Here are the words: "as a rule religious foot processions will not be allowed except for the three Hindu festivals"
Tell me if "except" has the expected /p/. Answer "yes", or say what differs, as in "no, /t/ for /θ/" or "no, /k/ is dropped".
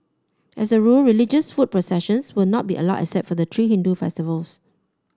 no, /p/ is dropped